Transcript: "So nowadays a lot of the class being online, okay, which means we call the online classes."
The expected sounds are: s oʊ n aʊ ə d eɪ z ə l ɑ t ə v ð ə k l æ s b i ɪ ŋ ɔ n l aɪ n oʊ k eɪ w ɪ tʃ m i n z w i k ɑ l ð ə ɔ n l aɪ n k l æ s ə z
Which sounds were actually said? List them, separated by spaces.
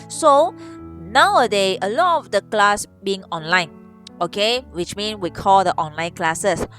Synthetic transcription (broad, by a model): s oʊ n aʊ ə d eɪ ə l ɑ t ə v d ə k l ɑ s b i ɪ ŋ ɔ n l aɪ n oʊ k eɪ w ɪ tʃ m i n s w i k ɑ l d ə ɔ n l aɪ n k l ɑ s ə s